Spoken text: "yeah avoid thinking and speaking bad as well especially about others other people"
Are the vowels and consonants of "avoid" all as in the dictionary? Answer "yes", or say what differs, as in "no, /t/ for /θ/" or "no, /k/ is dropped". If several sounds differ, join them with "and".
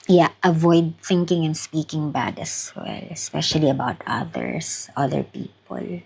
yes